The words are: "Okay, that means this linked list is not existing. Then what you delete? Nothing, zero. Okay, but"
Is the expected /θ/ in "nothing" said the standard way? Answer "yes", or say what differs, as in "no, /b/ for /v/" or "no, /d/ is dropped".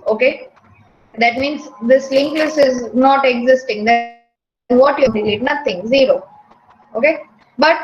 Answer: no, /t/ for /θ/